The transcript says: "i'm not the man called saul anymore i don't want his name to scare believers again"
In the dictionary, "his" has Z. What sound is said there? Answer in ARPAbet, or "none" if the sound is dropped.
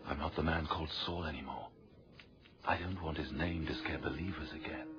Z